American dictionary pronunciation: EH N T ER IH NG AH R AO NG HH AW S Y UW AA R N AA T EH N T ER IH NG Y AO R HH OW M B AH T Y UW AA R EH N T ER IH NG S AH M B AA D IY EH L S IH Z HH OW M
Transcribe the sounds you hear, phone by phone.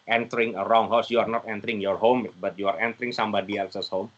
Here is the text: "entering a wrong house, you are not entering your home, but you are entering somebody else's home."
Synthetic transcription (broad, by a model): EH N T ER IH NG AH R AO NG HH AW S Y UW AA R N AA T EH N T ER IH NG Y AO R HH OW M B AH T Y UW AA R EH N T ER IH NG S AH M B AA D IY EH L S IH S HH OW M